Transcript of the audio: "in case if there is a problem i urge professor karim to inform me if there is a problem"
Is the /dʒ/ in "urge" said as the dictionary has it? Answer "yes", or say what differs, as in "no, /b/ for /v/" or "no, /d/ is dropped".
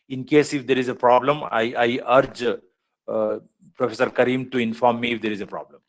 yes